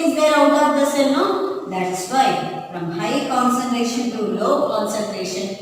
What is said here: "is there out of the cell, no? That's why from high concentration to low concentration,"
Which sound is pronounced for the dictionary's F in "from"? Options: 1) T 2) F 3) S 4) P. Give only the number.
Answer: 2